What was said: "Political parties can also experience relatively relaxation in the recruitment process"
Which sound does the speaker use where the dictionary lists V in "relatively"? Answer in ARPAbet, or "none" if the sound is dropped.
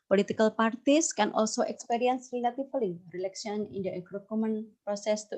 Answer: F